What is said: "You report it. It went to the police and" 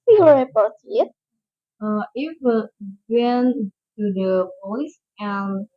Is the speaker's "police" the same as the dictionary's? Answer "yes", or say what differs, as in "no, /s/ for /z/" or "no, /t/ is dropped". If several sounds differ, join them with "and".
no, /l/ is dropped